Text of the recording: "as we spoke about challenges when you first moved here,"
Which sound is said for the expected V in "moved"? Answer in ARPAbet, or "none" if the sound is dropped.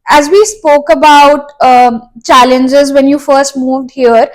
V